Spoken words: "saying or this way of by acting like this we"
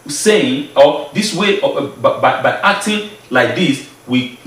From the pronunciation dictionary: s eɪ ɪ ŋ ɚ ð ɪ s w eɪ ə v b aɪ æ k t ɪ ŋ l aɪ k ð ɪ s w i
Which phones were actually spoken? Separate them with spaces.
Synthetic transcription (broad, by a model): s eɪ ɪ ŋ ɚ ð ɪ s w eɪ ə b b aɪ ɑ k t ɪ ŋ l aɪ k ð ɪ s w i